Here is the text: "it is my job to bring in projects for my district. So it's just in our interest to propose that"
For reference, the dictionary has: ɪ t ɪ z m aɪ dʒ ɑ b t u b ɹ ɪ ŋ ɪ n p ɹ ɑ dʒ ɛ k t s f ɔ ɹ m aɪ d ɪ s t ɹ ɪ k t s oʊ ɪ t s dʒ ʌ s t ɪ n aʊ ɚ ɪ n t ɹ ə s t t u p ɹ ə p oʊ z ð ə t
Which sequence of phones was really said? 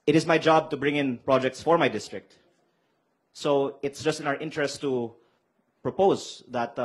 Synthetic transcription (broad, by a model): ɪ t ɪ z m aɪ dʒ ɑ b t u b ɹ ɪ ŋ ɪ n p ɹ ɑ dʒ ɛ k t s f ɔ ɹ m aɪ d ɪ s t ɹ ɪ k t s oʊ ɪ t s dʒ ʌ s t ɪ n aʊ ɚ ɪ n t ɹ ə s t t u p ɹ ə p oʊ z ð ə t